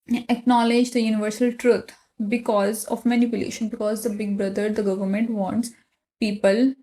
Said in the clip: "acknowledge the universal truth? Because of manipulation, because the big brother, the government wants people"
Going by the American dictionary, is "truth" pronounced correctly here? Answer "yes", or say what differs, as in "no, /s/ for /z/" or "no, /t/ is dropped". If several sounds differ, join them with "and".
no, /t/ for /θ/